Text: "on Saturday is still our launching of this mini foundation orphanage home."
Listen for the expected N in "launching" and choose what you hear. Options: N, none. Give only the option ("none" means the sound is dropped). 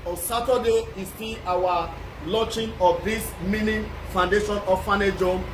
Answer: none